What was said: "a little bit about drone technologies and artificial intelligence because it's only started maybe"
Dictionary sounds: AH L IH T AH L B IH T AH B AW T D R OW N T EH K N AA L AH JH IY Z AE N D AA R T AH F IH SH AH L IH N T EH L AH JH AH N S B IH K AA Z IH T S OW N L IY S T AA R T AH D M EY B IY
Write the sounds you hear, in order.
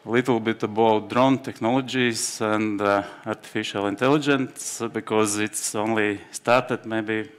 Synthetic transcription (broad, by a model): L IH T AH L B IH T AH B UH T D R OW N T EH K N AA L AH JH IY S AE N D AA R T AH F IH SH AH L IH N T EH L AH JH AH N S B IH K AA Z IH T S OW N L IY S T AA R T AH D M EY B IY